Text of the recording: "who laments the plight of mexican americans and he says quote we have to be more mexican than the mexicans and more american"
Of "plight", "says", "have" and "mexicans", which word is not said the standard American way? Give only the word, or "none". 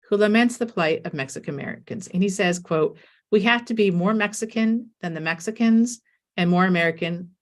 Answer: have